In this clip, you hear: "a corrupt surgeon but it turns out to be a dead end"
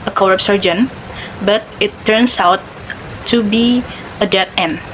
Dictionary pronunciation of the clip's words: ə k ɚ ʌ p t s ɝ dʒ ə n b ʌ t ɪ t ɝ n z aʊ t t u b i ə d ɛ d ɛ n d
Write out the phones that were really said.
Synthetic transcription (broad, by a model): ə k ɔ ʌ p s ɝ dʒ ə n b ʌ t ɪ t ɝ n s aʊ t t u b i ə d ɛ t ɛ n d